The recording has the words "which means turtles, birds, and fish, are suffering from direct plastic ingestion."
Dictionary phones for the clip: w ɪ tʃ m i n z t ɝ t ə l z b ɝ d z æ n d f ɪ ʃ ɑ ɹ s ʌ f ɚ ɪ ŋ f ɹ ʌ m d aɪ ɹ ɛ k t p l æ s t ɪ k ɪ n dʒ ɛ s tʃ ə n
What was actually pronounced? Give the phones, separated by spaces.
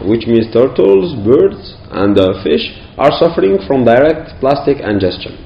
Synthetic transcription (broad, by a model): w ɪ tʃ m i n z t ɝ t ə l z b ɝ d z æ n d f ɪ ʃ ɑ ɹ s ʌ f ɚ ɪ ŋ f ɹ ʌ m d aɪ ɹ ɛ k t p l æ s t ɪ k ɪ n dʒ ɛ s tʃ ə n